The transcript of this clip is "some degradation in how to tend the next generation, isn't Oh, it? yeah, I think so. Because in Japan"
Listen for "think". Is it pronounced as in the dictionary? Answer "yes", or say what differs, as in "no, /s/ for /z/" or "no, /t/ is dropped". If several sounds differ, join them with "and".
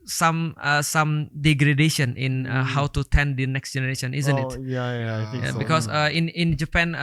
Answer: no, /ŋ/ is dropped